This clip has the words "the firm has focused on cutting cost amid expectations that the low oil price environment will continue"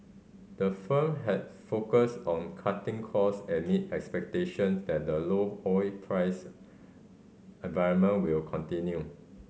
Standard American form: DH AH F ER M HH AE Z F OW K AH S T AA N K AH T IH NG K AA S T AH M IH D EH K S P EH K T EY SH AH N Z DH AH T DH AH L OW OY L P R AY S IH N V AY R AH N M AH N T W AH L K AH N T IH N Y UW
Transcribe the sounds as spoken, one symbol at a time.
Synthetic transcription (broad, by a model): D AH F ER M HH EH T F OW K AH S T AA N K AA T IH NG K AA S AH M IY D EH K S P EH K T EY SH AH N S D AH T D AH L OW OY P R AY S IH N V AY R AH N M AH N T W AH L K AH N T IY N Y UW